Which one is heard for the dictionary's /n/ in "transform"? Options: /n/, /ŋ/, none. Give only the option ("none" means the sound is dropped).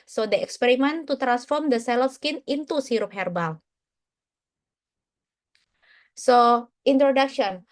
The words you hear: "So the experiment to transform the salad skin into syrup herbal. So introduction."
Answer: /n/